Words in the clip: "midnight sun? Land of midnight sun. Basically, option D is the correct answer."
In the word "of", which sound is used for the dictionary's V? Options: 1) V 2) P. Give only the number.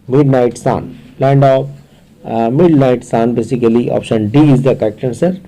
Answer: 2